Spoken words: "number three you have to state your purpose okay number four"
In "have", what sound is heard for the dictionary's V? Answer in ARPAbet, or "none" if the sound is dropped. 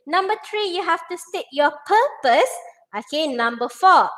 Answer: F